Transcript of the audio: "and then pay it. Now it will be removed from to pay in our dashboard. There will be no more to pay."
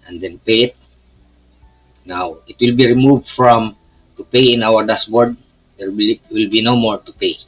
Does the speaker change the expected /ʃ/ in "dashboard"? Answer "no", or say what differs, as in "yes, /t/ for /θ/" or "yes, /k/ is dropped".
yes, /s/ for /ʃ/